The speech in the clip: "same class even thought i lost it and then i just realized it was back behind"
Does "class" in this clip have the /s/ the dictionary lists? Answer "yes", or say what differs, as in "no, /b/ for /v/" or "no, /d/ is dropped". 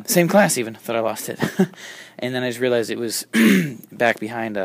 yes